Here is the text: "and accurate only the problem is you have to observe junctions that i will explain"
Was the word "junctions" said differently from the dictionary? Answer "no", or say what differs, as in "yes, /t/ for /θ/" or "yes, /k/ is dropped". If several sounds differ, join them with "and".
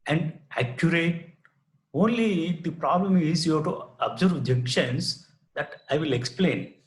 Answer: yes, /ŋ/ is dropped